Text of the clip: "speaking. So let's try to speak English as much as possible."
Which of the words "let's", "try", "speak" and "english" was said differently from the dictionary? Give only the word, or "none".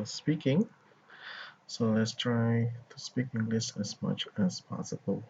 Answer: english